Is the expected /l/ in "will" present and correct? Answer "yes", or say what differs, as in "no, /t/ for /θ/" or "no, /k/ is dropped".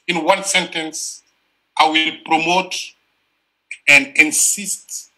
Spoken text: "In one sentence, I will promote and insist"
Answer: yes